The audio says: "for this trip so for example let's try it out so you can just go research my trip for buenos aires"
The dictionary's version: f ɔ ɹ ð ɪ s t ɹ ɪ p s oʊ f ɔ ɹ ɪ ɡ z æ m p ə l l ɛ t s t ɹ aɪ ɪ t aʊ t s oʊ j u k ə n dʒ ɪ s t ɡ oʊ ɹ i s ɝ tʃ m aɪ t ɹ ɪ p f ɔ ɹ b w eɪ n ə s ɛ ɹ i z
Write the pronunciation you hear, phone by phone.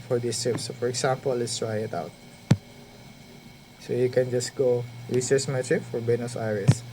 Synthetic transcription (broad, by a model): f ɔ ɹ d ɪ s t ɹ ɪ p s oʊ f ɔ ɹ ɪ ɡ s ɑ m p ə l l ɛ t s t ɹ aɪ ɪ t aʊ t s oʊ j u k ə n dʒ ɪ s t ɡ oʊ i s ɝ s m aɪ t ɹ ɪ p f ɔ ɹ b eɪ n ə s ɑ ɹ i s